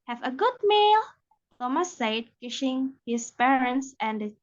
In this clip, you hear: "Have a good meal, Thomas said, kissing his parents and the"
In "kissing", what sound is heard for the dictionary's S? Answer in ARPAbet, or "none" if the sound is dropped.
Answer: SH